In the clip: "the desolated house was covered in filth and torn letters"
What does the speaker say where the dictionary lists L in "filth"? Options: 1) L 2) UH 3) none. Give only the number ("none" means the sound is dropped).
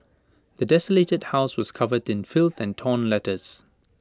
1